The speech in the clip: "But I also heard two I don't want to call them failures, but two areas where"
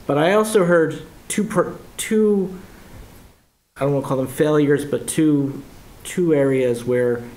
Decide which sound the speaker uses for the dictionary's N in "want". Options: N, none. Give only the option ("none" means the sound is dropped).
none